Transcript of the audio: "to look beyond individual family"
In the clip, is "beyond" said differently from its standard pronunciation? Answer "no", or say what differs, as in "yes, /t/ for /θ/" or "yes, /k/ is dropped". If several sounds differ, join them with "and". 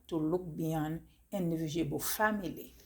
yes, /d/ is dropped